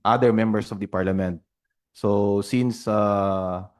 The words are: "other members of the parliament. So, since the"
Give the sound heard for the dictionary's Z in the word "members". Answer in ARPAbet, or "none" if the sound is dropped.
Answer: S